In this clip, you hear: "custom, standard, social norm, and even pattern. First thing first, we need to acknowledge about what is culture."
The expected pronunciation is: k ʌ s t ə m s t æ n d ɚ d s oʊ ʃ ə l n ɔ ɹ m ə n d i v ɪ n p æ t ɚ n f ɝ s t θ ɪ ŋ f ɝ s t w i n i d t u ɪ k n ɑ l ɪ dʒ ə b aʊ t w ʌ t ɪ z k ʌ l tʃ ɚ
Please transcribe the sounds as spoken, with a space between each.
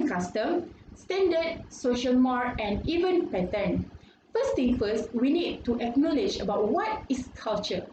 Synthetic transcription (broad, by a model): k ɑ s t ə m s t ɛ n d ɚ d s oʊ ʃ ə l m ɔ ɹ ə n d i v ɪ n p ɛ t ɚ n f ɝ s t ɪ ŋ f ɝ s t w i n i d t u ɪ k n ɑ l ɪ dʒ ə b aʊ t w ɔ t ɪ s k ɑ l tʃ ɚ